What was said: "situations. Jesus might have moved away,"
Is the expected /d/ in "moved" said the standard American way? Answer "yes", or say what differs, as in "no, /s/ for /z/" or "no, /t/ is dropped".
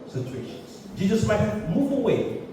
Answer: no, /d/ is dropped